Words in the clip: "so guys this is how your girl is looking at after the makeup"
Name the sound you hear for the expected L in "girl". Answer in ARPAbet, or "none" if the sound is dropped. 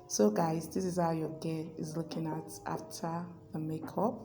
N